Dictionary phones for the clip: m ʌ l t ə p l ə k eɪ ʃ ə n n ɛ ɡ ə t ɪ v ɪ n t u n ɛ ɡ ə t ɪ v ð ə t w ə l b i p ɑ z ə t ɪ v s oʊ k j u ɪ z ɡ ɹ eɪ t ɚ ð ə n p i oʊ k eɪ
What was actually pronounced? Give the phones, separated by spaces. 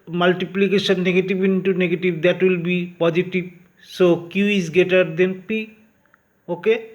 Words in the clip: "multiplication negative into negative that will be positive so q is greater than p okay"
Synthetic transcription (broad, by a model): m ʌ l t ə p l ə k eɪ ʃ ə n n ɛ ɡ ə t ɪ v ɪ n t u n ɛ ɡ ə t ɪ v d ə t w ə l b i p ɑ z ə t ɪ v s oʊ k j u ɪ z ɡ eɪ t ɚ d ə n p i oʊ k eɪ